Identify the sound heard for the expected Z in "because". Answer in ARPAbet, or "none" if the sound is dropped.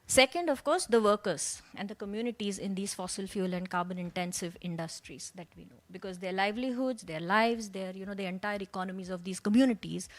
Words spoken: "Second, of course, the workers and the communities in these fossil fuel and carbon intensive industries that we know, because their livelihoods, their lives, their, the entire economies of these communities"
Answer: Z